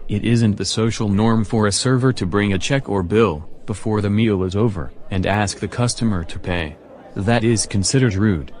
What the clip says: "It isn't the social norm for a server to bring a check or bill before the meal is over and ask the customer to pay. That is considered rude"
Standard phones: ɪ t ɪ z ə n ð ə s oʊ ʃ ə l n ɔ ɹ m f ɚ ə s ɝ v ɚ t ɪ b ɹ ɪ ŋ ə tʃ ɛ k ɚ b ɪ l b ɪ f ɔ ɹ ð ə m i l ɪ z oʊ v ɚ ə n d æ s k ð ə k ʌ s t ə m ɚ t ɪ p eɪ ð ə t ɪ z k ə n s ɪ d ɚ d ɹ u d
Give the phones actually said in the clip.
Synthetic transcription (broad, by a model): ɪ t ɪ z ə n ð ə s oʊ ʃ l n ɔ ɹ m f ɚ ə s ɝ v ɚ t ɪ b ɹ ɪ ŋ ə tʃ ɛ k ɚ b ɪ l b ɪ f ɔ ɹ ð ə m i l ɪ z oʊ v ɚ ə n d æ s k ð ə k ʌ s t ə m ɚ t ɪ p eɪ ð ə t ɪ z k ə n s ɪ d ɚ d ɹ u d